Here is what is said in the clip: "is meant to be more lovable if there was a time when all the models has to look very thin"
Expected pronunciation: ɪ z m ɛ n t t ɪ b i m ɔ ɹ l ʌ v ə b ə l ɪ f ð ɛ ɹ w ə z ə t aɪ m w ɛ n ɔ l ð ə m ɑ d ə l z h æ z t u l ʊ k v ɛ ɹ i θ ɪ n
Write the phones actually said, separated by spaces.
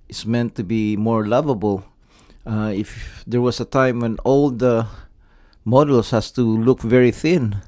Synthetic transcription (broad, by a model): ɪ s m ɛ n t t ɪ b i m ɔ ɹ l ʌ v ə b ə l ɪ f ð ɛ ɹ w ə s ə t aɪ m w ɛ n ɔ l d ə m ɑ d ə l s h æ s t u l ʊ k v ɛ ɹ i θ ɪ n